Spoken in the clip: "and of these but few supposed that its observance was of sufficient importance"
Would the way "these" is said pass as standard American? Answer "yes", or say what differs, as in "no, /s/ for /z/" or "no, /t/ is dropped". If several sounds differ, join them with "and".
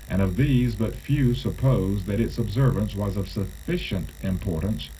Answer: yes